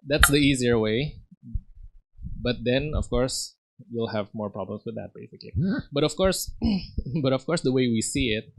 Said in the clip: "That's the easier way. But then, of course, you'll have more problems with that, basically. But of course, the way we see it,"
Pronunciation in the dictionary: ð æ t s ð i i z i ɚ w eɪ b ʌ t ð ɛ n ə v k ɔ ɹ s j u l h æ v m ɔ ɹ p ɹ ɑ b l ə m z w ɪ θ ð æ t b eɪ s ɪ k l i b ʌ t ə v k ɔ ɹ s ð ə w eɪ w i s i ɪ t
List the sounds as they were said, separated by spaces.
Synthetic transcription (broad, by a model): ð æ t s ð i i z i ɚ w eɪ b ʌ t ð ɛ n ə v k ɔ ɹ s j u l h æ v m ɔ ɹ p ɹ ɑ b l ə m s w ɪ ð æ t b eɪ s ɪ k l i b ʌ t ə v k ɔ ɹ s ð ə w eɪ w i s i ɪ t